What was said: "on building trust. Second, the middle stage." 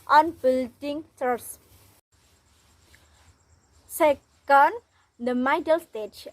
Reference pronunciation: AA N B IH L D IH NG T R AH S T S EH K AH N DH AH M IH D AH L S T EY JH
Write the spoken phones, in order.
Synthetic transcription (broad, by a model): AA N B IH L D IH NG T AH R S S EH K AH N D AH M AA D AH L S T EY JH